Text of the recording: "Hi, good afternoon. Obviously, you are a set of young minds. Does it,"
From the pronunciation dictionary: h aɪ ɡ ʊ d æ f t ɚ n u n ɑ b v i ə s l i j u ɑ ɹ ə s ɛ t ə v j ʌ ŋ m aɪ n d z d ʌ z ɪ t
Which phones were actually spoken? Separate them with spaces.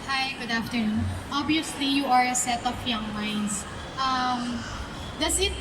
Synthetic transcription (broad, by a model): h aɪ ɡ ʊ d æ f t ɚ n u n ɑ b i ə s l i j u ɑ ɹ ə s ɛ t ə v j ʌ ŋ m aɪ n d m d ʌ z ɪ t